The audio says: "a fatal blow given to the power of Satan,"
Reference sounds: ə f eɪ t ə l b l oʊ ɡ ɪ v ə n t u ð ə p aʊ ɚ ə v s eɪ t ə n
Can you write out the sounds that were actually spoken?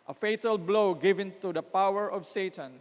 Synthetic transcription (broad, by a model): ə f eɪ t ə l b l oʊ ɡ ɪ v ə n t u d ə p aʊ ɚ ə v s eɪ t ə n